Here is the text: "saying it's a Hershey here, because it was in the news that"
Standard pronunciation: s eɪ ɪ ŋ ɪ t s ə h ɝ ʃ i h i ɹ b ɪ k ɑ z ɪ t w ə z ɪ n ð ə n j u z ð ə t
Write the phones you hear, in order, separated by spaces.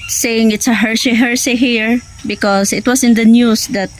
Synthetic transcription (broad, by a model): s eɪ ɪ ŋ ɪ t s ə h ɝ s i h i ɹ b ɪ k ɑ s ɪ t w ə s ɪ n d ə n j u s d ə t